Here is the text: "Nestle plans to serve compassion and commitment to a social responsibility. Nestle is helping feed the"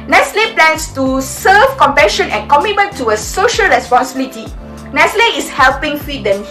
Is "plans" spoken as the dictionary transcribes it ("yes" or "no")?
no